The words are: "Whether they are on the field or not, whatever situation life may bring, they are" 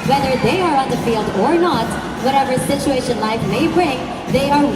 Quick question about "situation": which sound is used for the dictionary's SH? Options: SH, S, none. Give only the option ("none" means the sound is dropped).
SH